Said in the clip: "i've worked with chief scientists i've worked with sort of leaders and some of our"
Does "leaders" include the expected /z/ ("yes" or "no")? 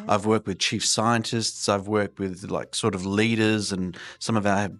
yes